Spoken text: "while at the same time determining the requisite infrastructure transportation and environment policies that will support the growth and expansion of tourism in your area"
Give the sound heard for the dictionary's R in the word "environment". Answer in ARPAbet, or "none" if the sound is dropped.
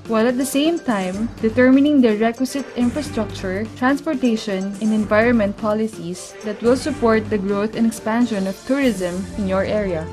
R